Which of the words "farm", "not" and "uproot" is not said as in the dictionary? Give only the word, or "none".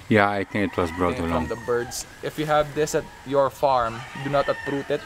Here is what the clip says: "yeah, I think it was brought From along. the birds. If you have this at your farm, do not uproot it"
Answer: none